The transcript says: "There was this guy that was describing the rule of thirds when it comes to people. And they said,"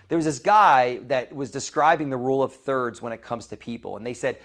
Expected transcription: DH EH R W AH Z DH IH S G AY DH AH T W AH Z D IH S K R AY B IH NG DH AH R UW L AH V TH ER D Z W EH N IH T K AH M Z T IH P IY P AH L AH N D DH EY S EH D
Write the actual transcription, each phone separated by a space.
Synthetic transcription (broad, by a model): DH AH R W AH Z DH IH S G AY DH AH T W AH Z D IH S K R AY B IH NG DH AH R UW L AH V TH ER D Z W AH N IH T K AH M Z T IH P IY P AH L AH N DH EY S EH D